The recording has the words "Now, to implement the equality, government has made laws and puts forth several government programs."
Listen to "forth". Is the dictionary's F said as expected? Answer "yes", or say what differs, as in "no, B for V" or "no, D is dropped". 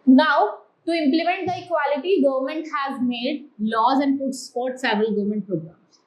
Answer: no, P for F